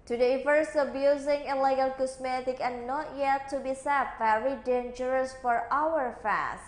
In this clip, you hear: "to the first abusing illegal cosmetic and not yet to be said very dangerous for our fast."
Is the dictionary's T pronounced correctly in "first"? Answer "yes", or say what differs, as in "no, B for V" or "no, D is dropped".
no, T is dropped